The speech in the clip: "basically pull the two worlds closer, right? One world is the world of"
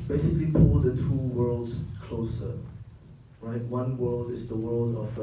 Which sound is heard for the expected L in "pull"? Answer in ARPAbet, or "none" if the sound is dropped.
L